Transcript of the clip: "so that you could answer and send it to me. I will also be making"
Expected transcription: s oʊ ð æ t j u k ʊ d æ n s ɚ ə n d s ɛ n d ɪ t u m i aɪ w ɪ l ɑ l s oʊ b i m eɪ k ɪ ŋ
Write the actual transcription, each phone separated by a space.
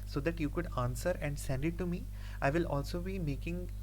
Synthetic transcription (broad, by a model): s oʊ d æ t j u k ʊ d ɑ n s ɚ ə n d s ɛ n d ɪ t u m i aɪ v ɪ l ɑ l s oʊ b i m eɪ k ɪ ŋ